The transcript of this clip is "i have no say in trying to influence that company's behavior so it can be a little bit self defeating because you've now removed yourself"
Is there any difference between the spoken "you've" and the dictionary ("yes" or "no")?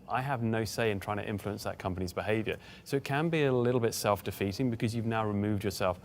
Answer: no